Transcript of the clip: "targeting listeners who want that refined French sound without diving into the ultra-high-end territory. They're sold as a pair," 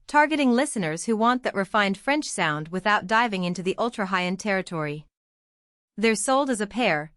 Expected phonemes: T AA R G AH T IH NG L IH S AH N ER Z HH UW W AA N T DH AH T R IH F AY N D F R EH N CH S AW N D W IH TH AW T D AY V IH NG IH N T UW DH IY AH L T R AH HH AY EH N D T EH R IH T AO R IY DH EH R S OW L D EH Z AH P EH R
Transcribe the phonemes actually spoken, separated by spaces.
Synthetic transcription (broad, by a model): T AA R G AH T IH NG L IH S AH N ER Z HH UW W AA N DH AH T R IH F AY N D F R EH N CH S AW N D W IH TH AW T D AY V IH NG IH N T UW DH IY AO L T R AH HH AY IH N T EH R IH T AO R IY DH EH R S OW L D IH Z AH P EH R